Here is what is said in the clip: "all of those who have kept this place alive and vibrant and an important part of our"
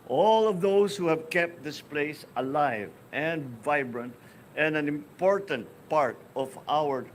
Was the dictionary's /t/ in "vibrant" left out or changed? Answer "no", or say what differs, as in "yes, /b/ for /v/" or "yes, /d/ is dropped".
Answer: no